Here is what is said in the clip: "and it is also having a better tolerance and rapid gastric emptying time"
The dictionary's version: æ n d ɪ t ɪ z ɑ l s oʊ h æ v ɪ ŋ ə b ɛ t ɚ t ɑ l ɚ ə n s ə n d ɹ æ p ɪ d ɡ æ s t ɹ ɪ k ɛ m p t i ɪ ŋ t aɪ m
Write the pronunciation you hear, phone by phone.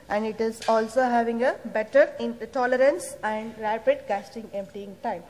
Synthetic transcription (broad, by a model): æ n d ɪ t ɪ z ɑ l s oʊ h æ v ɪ ŋ ə b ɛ t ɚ t ɑ l ɚ ə n s ə n d ɹ æ p ɪ d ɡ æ s t ɪ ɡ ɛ m p t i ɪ ŋ t aɪ m